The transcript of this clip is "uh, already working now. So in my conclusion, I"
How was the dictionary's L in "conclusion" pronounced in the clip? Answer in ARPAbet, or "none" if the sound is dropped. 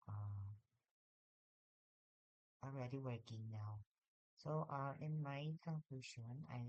none